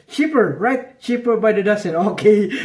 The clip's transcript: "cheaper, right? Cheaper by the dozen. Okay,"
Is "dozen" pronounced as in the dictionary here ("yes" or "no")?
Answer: no